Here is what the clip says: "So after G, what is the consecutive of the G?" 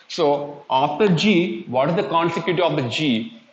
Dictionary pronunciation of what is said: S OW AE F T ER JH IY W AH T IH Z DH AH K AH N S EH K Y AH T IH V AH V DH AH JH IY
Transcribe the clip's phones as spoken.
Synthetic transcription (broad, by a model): S OW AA T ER JH IY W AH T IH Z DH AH K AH N S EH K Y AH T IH AH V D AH JH IY